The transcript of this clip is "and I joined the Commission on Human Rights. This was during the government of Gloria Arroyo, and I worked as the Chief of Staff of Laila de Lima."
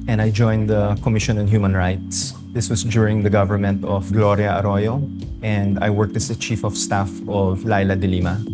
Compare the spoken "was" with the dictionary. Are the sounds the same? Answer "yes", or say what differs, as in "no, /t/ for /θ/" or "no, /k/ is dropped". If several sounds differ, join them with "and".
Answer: no, /s/ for /z/